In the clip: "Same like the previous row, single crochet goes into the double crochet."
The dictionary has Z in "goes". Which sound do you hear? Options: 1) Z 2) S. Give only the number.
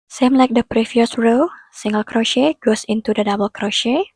2